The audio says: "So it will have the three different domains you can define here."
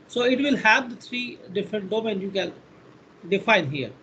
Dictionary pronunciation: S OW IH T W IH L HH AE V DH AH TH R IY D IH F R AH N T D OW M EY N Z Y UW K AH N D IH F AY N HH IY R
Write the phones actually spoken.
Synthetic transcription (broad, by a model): S OW IH T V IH L HH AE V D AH T R IY D IH F R AH N T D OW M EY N Y UW K AH N D IH F AY N HH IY R